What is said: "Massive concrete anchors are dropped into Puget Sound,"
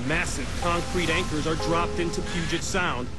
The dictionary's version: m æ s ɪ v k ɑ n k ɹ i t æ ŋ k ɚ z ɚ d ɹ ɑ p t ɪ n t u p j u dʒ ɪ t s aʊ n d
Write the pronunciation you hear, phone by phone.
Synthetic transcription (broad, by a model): m æ s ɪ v k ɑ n k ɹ i t æ ŋ k ɚ z ɚ d ɹ ɑ p t ɪ n t u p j u dʒ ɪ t s aʊ n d